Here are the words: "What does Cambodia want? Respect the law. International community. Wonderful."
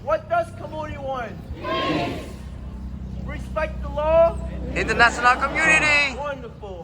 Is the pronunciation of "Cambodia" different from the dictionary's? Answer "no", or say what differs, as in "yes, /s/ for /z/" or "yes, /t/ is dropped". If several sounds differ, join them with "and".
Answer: yes, /b/ is dropped